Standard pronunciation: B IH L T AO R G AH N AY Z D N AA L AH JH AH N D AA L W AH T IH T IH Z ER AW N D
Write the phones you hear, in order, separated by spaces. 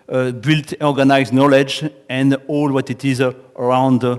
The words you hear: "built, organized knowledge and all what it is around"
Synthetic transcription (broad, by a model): B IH L T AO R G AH N AY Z N AA L AH JH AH N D AA L W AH T IH T IH Z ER AW N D